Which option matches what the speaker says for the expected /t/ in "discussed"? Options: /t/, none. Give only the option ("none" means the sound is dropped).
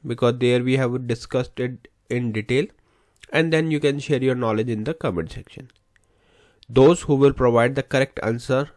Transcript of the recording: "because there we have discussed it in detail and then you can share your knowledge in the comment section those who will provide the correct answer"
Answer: /t/